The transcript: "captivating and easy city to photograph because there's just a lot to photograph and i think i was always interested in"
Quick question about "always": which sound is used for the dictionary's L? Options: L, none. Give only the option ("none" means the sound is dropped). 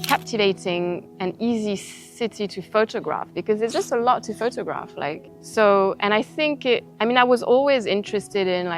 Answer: L